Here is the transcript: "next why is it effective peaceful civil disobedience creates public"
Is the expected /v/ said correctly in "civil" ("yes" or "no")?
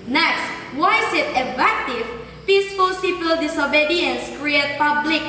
no